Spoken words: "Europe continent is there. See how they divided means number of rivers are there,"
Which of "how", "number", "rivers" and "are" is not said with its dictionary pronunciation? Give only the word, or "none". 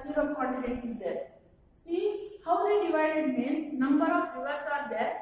rivers